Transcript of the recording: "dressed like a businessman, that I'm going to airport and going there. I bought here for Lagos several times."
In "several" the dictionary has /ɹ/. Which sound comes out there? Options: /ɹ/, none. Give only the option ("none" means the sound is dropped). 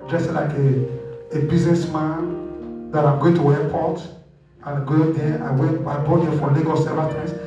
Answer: none